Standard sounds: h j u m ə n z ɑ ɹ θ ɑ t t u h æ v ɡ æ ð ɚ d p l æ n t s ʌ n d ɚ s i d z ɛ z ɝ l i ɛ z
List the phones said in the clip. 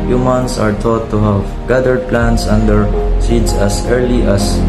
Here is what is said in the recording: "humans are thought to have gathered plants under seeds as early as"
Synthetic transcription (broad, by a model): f j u m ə n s ɑ ɹ t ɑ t t u h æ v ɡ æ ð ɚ d p l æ n t s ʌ n d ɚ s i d s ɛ s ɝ l i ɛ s